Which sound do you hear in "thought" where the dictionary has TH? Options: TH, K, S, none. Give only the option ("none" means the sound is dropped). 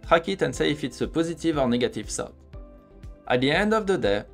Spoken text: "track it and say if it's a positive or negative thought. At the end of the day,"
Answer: S